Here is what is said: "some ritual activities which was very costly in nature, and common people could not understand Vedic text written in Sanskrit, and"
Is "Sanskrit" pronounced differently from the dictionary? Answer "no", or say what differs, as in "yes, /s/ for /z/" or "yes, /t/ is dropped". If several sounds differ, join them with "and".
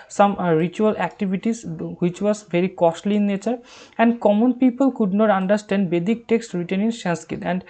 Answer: yes, /ɹ/ is dropped